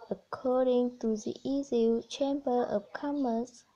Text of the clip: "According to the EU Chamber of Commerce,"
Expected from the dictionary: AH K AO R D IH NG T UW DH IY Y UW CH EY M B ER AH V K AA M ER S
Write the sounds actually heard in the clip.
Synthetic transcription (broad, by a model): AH K AO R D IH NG T UW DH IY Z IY CH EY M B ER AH P K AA M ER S